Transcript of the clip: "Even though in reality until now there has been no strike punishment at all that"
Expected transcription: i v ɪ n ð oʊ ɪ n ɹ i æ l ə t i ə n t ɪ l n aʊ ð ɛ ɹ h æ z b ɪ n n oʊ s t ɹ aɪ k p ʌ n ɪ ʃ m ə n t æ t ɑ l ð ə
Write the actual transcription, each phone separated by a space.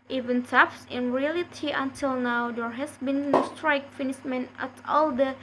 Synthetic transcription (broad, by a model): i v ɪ n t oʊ ɪ n ɹ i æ l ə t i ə n t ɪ l n aʊ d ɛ ɹ h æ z b ɪ n n oʊ s t ɹ aɪ k f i n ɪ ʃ m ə n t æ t ɑ l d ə